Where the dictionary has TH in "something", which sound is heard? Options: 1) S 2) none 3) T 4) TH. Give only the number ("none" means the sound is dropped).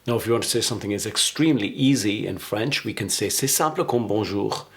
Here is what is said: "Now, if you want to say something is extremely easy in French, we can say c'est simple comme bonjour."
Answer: 4